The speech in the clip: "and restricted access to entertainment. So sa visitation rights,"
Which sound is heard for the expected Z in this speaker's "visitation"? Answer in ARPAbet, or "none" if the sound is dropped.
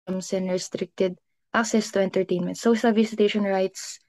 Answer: S